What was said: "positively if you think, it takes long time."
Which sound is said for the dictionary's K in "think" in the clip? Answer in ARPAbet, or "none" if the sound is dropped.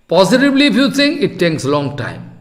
none